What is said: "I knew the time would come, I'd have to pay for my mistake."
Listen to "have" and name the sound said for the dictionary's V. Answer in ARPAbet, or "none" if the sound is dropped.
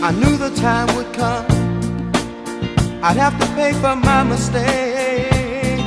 F